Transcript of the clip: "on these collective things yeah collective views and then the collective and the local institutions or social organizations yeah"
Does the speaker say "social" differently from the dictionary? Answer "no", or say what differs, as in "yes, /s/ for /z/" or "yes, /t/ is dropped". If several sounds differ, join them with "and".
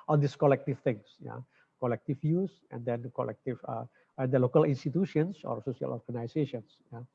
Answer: yes, /s/ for /ʃ/